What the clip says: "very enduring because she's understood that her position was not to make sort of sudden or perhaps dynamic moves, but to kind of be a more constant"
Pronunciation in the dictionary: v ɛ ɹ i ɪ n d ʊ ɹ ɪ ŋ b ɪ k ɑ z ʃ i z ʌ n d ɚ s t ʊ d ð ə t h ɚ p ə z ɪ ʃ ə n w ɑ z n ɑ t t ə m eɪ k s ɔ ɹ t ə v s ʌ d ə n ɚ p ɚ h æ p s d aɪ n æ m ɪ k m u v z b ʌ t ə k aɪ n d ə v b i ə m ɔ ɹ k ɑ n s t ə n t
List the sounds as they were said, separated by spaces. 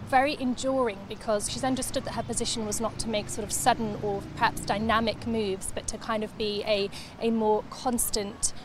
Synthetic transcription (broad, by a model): v ɛ ɹ i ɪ n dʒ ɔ ɹ ɪ ŋ b ɪ k ɑ z ʃ i z ʌ n d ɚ s t ʊ d ð ə t h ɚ p ə z ɪ ʃ ə n w ɑ z n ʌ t t ə m eɪ k s ɔ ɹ t ə v s ʌ d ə n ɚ p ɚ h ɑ p s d aɪ n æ m ɪ k m u v z b ʌ t ə k aɪ n d ə v b i ə m ɔ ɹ k ɑ n s t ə n t